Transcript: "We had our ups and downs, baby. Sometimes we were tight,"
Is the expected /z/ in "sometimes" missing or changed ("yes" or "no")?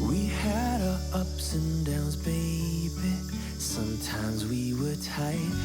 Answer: no